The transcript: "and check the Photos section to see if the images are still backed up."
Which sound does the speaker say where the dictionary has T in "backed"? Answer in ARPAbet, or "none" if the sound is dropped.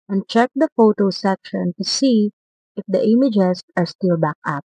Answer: none